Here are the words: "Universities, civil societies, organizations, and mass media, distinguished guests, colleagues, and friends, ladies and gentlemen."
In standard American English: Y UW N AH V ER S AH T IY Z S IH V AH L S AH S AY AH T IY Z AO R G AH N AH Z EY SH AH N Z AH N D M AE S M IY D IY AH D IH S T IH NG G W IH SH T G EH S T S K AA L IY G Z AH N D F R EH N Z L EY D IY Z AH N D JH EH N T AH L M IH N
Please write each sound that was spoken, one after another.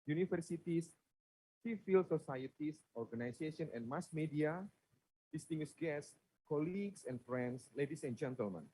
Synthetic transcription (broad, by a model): Y UW N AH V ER S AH T IY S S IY F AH L S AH S AY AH T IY S AO R G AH N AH S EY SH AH N AH N M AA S M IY D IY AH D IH S T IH NG G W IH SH G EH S S K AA L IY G S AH N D F R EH N S L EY D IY S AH N JH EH N T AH L M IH N